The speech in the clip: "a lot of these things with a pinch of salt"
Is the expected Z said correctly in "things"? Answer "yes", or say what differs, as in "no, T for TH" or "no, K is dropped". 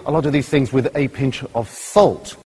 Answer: yes